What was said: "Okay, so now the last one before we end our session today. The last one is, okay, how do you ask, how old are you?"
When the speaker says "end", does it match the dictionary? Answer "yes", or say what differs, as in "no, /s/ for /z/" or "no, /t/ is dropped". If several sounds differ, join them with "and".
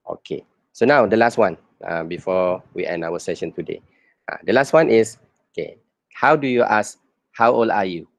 no, /d/ is dropped